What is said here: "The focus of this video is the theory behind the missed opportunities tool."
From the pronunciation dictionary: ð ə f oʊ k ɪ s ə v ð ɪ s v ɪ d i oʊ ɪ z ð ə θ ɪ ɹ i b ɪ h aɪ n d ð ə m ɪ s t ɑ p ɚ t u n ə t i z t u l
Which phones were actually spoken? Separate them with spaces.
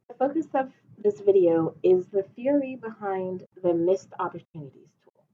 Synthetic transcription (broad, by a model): ð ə f oʊ k ɪ s ə v ð ɪ s v ɪ d i oʊ ɪ z ð ə θ ɪ ɹ i b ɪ h aɪ n ð ə m ɪ s t ɑ p ɚ t u n ə t i z t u l